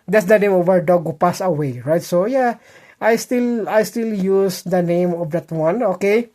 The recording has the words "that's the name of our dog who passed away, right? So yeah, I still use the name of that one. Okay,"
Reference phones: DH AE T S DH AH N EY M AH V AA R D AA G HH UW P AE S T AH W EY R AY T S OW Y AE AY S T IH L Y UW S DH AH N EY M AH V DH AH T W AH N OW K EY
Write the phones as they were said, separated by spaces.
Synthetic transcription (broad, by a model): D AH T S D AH N EY M AH V AA R D AA G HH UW P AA S AH W EY R AY T S OW Y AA AY S T IH L Y UW S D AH N EY M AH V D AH T W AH N OW K EY